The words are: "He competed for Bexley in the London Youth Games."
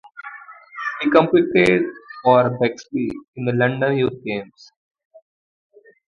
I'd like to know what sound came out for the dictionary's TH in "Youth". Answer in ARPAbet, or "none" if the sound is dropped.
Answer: T